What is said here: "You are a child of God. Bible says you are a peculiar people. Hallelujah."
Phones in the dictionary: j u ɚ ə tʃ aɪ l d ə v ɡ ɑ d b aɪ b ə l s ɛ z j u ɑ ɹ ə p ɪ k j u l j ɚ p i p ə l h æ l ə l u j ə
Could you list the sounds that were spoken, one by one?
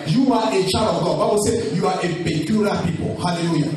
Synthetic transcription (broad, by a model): j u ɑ ə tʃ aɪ d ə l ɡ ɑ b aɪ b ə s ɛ j u ɑ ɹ ə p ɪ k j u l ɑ p i p ə l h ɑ l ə l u j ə